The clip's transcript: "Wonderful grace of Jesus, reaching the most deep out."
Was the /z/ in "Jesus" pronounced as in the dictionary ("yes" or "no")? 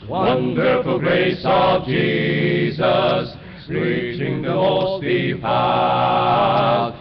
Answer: yes